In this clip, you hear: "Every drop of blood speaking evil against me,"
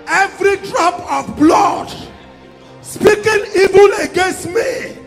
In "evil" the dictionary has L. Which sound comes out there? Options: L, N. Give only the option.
N